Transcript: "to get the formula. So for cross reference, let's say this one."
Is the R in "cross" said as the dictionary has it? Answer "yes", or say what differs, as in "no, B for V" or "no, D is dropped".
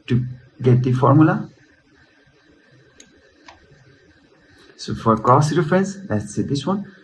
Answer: no, R is dropped